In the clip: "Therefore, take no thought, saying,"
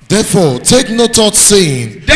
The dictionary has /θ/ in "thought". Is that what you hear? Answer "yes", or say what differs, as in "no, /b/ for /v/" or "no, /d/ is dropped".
no, /t/ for /θ/